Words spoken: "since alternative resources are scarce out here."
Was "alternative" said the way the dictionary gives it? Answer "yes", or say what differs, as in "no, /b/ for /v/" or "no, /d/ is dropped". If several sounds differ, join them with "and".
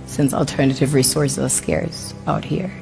yes